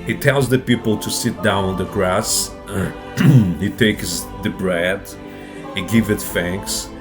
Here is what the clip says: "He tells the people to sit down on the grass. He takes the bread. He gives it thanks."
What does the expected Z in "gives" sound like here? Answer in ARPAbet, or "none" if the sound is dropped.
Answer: none